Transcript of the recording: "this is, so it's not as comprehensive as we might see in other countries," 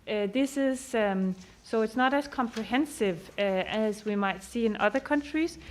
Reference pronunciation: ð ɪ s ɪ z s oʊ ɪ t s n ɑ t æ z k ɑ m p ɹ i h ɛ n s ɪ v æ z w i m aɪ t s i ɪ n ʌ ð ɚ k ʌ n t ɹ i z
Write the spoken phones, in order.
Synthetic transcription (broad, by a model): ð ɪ s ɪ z s oʊ ɪ t s n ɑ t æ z k ɑ m p ɹ i h ɛ n s ɪ v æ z w i m aɪ t s i ɪ n ʌ ð ɚ k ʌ n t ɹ i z